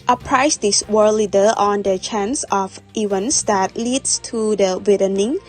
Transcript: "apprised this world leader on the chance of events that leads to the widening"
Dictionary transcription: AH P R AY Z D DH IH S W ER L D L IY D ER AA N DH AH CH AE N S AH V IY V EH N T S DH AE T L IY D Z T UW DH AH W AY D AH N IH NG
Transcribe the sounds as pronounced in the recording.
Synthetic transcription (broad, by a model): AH P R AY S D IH S W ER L L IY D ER AA N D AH CH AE N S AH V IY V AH N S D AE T L IY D S T UW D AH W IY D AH N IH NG